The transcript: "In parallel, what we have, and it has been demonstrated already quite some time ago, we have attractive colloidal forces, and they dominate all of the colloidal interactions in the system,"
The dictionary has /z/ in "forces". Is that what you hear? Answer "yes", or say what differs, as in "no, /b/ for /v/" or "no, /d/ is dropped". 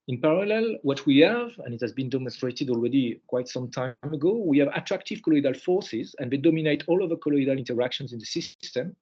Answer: yes